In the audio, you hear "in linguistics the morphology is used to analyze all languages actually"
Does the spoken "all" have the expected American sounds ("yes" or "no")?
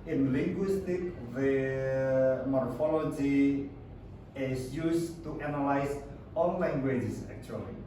no